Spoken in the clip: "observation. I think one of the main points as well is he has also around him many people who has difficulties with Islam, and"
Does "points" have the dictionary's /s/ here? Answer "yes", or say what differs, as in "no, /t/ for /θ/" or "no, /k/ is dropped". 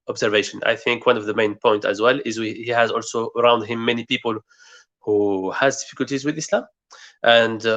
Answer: no, /s/ is dropped